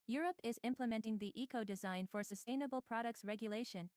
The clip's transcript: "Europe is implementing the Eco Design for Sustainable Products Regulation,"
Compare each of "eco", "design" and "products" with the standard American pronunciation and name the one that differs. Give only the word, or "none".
none